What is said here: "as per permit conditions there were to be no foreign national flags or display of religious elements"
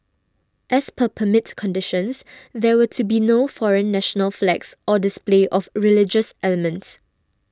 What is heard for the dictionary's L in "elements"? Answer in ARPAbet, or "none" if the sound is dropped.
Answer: L